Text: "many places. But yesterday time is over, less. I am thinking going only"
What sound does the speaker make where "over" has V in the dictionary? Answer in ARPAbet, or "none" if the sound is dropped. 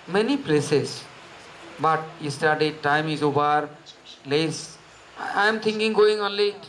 B